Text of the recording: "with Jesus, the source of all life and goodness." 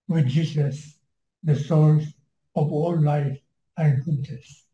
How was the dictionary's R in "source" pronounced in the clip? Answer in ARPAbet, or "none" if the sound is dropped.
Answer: L